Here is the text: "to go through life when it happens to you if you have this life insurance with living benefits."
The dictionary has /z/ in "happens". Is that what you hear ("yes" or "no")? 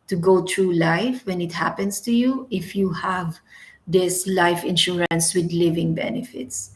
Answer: no